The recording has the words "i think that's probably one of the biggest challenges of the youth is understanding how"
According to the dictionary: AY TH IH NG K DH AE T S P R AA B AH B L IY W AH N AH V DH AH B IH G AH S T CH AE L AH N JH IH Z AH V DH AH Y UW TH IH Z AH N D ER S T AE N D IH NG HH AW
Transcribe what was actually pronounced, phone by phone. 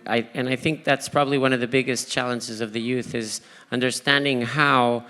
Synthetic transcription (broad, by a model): AY TH IH NG K DH AE T S P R AA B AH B L IY W AH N AH V DH AH B IH G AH S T CH AE L AH N JH IH Z AH V DH AH Y UW TH IH Z AH N D ER S T AE N D IH NG HH AW